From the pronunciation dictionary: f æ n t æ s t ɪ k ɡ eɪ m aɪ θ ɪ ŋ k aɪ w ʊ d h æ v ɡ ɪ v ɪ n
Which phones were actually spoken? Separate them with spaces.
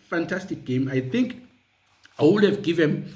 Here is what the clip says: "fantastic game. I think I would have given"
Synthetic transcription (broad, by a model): f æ n t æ s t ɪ k ɡ eɪ m aɪ θ ɪ ŋ k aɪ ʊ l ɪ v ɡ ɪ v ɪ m